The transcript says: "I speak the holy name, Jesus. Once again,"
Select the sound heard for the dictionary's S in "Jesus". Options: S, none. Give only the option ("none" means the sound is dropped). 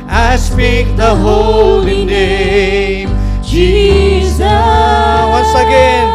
none